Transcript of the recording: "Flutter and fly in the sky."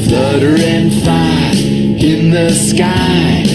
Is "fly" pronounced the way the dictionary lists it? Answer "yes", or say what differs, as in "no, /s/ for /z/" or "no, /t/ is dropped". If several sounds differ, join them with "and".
no, /l/ is dropped